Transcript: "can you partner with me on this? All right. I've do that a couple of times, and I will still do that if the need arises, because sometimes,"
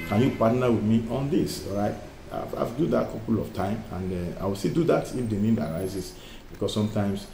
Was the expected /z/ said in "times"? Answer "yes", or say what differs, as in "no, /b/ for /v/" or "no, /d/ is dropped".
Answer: no, /z/ is dropped